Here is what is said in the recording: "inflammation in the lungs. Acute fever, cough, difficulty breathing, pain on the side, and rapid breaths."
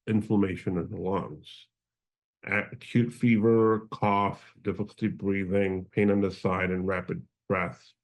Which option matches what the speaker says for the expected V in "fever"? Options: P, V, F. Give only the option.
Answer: V